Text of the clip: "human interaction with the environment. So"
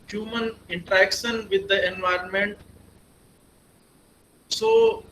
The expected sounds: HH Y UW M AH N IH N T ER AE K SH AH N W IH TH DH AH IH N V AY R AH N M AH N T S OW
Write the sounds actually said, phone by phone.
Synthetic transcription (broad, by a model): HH Y UW M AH N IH N T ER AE K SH AH N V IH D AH IH N V AY R AH N M AH N T S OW